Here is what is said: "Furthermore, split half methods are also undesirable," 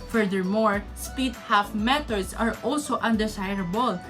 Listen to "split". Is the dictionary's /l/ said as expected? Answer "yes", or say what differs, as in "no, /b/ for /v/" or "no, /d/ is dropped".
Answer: no, /l/ is dropped